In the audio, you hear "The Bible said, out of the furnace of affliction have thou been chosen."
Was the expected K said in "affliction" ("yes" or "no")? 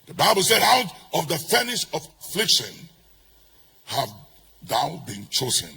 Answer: yes